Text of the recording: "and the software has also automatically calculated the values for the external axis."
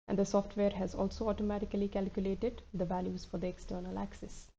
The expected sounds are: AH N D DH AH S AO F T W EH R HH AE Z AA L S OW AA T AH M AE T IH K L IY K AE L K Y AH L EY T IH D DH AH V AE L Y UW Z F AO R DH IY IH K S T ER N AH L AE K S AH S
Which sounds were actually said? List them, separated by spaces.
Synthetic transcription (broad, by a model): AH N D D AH S AO F T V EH R HH AE Z AA L S OW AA T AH M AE T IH K L IY K AE L K Y AH L EY T IH D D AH V AE L Y UW Z F AO R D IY IH K S T ER N AH L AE K S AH S